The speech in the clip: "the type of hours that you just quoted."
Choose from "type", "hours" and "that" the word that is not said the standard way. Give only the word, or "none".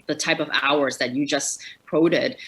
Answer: none